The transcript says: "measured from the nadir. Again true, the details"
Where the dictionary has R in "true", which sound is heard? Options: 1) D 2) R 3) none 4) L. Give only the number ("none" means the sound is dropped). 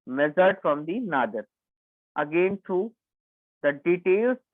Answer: 3